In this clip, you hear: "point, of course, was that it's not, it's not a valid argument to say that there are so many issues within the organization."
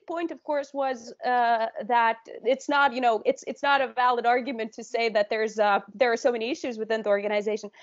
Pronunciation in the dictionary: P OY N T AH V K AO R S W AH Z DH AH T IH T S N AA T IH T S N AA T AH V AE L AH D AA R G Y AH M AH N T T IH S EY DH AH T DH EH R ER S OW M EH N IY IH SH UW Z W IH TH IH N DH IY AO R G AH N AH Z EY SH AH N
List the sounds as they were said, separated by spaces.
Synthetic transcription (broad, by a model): P OY N T AH V K AO R S W AH Z DH AH T IH T S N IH T IH T S N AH T AH V AE L AH D AA R G Y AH M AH N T T IH S EY DH AH T DH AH R ER S OW M EH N IY IH SH UW Z W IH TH IH N DH IY AO R G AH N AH Z EY SH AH N